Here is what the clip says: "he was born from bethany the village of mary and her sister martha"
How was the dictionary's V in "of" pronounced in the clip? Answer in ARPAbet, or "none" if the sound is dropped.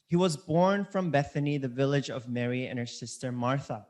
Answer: V